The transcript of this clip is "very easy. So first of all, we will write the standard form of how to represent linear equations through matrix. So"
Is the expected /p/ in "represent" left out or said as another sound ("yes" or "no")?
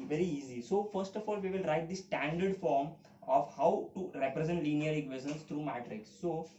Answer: no